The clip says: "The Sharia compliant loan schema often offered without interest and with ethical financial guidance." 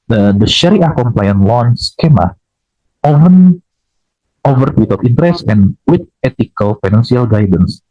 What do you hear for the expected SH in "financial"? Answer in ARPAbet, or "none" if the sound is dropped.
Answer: S